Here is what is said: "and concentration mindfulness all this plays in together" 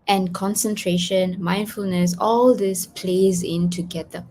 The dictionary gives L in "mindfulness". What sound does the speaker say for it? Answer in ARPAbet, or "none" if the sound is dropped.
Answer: L